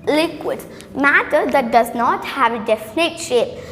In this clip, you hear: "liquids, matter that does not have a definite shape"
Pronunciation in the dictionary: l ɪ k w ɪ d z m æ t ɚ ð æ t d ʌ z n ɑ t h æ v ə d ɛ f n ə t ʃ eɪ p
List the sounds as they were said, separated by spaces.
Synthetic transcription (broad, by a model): l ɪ k w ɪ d m æ t ɚ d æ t d ʌ z n ɑ t h æ v ə d ɛ f n ə t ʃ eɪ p